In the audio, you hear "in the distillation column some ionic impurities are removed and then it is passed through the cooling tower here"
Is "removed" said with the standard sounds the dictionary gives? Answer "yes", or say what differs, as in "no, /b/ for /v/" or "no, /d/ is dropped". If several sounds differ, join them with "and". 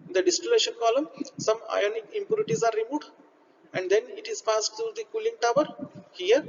no, /v/ is dropped